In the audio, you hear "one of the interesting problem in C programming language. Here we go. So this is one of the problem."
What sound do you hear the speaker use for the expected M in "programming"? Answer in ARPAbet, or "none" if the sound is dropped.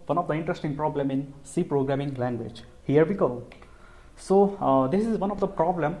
M